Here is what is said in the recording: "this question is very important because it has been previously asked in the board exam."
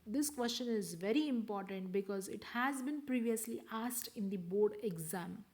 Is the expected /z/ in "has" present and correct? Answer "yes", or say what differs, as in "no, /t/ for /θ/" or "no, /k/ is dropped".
yes